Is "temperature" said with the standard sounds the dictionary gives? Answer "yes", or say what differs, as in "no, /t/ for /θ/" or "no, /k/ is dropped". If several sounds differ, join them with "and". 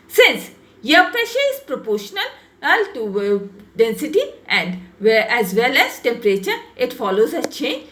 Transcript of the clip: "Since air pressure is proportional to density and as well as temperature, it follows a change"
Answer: yes